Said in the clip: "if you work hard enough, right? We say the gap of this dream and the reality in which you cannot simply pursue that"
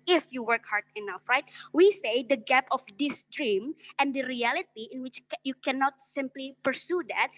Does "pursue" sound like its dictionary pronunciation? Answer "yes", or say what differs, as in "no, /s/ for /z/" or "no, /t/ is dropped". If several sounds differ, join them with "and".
yes